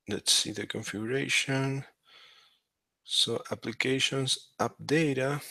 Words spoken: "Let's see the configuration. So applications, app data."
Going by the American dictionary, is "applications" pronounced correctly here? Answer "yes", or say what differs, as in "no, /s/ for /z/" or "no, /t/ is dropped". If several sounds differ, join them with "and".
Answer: no, /s/ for /z/